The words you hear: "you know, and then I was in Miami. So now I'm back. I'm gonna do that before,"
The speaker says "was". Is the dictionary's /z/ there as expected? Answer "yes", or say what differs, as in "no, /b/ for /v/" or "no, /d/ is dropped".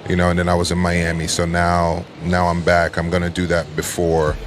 yes